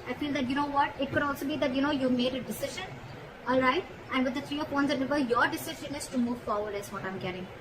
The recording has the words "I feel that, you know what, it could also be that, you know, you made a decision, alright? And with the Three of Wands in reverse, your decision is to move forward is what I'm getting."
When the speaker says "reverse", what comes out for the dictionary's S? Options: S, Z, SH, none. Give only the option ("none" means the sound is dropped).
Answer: none